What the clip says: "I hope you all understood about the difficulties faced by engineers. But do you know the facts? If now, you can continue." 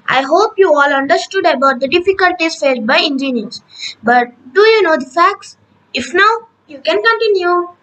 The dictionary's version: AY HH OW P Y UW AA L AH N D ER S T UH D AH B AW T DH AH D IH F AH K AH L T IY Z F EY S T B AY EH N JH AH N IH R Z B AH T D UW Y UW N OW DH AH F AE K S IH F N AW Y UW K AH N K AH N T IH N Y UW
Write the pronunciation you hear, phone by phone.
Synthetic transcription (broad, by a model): AY HH OW P Y UW AA L AH N D ER S T UH D AH B AW T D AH D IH F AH K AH L T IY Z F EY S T B AY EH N JH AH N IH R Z B AH T D UW Y UW N OW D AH F AE K S IH F N AW Y UW K AH N K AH N T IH N Y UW